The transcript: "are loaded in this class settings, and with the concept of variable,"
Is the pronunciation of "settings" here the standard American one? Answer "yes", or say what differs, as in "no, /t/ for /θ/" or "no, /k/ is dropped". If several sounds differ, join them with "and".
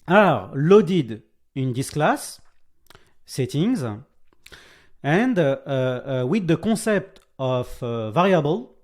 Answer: yes